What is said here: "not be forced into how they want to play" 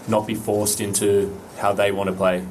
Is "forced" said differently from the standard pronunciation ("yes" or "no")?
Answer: no